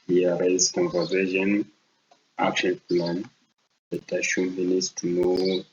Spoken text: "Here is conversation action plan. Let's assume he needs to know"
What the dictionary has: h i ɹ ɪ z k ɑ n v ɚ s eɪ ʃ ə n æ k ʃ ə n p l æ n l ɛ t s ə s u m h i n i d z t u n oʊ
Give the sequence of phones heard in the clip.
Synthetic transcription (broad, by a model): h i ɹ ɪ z k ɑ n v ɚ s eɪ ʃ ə n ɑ k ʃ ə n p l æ n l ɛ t ə ʃ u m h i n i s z t u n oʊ